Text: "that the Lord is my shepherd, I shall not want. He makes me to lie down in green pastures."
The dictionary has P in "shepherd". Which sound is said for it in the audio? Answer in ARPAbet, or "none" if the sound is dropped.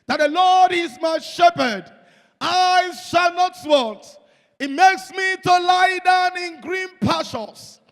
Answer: P